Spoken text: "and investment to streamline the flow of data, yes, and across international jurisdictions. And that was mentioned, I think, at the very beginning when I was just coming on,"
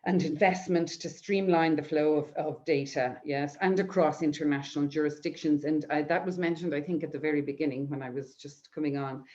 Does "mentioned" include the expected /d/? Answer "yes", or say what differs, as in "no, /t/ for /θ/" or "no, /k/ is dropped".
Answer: yes